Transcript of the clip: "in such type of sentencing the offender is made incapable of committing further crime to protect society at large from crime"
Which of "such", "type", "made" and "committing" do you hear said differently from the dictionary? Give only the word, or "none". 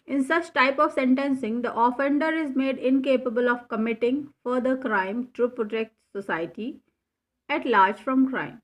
none